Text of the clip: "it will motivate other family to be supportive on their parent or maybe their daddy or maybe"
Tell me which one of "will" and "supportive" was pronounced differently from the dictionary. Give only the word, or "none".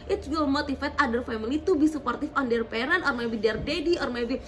supportive